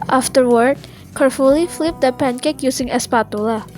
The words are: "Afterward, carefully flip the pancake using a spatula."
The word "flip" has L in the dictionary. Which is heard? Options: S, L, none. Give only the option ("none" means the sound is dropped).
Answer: L